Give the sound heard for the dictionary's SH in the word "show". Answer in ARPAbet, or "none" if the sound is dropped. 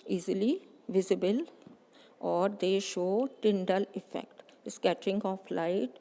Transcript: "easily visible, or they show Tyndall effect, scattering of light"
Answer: SH